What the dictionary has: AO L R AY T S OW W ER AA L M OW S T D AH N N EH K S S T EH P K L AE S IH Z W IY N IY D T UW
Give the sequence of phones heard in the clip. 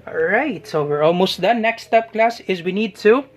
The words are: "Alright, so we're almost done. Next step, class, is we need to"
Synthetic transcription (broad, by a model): R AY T S OW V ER AA L M OW S T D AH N N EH K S S T EH P K L AE S IH Z W IY N IY D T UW